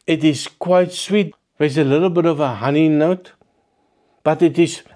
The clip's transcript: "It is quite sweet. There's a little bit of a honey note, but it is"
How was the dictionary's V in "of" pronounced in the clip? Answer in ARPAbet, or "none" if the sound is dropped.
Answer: V